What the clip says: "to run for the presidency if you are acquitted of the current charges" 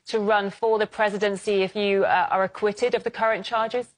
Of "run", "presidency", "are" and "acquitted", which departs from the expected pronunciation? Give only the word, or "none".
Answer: none